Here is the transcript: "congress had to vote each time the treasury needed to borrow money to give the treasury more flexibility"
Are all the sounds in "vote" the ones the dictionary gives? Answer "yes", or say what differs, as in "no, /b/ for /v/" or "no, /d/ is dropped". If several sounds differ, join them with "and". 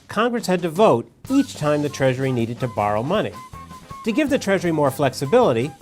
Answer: yes